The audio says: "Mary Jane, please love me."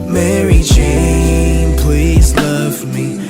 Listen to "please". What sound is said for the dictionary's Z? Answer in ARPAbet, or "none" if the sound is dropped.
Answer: Z